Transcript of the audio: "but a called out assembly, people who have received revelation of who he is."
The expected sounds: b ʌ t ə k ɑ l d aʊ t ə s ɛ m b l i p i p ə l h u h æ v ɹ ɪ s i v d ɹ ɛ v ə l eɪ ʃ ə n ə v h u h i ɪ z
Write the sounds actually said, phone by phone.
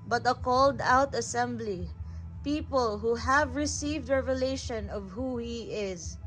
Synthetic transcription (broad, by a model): b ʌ t ə k ɑ l d aʊ t ə s ɛ m b l i p i p ə l h u h æ v ɹ ɪ s i v d ɹ ɛ v ə l eɪ ʃ ə n ə v h u h i ɪ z